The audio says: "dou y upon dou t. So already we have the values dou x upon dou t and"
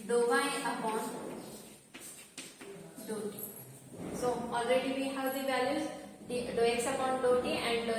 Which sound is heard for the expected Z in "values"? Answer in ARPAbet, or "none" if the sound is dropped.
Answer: none